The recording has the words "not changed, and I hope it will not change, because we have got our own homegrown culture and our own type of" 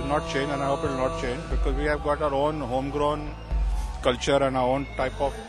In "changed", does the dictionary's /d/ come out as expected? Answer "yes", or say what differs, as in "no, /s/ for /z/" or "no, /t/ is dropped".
no, /d/ is dropped